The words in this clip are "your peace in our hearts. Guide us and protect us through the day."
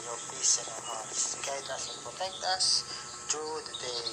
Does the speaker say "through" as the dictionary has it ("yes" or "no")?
no